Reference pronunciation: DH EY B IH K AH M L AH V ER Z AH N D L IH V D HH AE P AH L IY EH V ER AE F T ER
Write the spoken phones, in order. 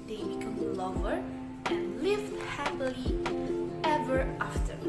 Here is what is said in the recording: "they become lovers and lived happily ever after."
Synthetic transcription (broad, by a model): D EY B IH K AH M L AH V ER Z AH N L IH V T HH AE P AH L IY EH V ER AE F T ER